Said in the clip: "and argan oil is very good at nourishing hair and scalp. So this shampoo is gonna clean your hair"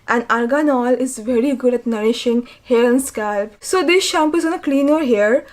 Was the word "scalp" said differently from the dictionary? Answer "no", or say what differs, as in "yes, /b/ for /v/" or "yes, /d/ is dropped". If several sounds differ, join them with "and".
no